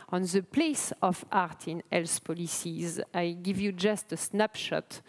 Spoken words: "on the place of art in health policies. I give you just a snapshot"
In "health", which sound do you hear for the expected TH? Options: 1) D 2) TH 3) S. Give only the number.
3